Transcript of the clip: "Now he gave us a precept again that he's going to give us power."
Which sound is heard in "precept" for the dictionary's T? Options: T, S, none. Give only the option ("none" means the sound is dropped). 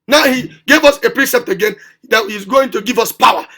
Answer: T